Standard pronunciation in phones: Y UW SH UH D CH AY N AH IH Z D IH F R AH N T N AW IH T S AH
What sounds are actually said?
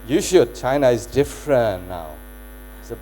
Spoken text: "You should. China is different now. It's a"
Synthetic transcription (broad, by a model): Y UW SH UH D CH AY N AH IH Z D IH F R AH N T N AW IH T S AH